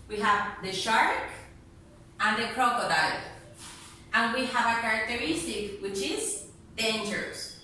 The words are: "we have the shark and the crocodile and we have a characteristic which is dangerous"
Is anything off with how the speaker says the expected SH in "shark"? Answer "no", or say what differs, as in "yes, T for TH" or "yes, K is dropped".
no